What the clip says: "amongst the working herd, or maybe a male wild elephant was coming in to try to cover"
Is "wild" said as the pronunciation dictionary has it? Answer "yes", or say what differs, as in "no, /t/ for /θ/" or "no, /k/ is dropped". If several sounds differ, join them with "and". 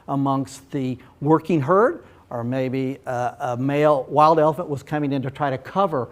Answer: yes